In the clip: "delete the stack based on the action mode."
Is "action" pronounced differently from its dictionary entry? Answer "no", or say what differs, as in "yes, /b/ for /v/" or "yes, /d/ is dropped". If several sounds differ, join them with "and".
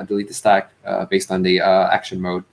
no